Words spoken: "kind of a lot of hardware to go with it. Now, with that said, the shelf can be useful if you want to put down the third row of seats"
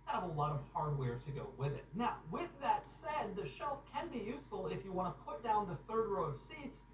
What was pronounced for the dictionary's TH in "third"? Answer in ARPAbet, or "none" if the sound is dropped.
TH